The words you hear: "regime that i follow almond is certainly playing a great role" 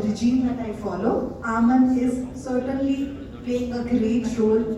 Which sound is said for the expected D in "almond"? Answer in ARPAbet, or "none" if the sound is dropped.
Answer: none